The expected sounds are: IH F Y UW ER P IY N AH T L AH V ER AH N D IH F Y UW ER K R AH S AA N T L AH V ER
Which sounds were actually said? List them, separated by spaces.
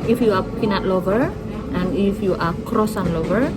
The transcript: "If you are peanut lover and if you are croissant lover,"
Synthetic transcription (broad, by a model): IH F Y UW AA P IY N AH T L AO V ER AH N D IH F Y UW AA K R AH S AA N L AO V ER